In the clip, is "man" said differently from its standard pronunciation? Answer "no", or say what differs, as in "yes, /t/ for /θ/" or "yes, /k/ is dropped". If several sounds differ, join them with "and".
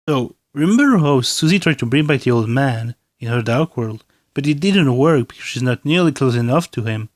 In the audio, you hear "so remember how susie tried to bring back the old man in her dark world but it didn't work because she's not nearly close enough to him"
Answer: no